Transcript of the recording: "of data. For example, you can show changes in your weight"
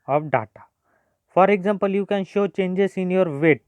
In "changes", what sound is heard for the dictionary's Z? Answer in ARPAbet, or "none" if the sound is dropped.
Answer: S